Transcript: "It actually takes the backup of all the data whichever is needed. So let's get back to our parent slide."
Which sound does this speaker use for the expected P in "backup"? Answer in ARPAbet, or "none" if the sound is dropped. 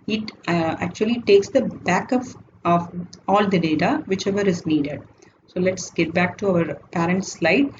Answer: F